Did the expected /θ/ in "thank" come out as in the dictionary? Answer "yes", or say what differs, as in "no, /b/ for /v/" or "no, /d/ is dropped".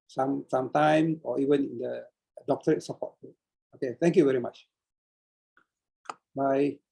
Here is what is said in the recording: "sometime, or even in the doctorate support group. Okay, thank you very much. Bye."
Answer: no, /t/ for /θ/